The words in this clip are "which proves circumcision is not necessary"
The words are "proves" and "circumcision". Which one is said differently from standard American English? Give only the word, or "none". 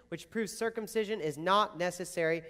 none